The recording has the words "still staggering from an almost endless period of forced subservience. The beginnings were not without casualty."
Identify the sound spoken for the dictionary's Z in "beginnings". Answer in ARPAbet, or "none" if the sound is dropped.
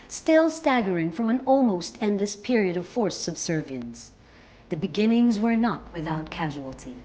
Z